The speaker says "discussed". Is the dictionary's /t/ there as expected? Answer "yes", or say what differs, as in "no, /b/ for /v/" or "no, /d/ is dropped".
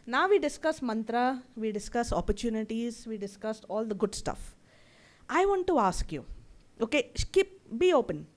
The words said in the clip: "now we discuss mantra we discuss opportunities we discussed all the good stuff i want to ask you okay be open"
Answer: yes